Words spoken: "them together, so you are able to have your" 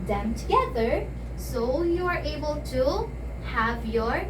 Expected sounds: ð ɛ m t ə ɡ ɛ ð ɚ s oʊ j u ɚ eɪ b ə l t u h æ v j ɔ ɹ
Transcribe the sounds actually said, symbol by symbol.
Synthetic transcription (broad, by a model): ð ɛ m t ə ɡ ɛ ð ɚ s oʊ j u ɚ eɪ b ə l t u h æ v j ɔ ɹ